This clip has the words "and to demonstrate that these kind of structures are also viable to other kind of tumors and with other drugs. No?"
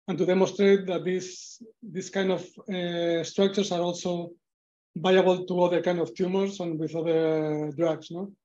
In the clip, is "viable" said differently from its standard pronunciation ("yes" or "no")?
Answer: yes